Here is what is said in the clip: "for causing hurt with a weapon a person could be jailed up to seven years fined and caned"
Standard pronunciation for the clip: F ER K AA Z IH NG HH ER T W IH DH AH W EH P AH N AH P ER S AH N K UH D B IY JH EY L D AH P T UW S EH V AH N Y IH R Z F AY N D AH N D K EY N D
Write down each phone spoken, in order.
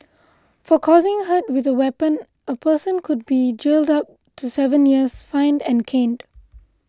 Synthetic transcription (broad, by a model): F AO K AA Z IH NG HH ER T W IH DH AH W EH P AH N AH P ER S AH N K UH D B IY JH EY L D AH P T UW S EH V AH N Y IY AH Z F AY N D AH N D K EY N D